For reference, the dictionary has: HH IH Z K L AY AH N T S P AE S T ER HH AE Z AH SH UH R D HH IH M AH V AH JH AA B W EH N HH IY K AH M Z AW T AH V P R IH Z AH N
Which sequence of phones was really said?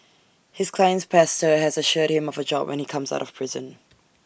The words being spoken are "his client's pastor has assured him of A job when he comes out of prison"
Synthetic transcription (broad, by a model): HH IH Z K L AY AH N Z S P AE S T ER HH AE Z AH SH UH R D HH IH M AH V AH JH AA B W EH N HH IY K AH M Z AW T AH V P R IH Z AH N